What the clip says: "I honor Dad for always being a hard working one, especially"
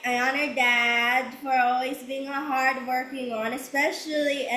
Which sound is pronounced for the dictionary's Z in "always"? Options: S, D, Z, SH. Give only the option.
Z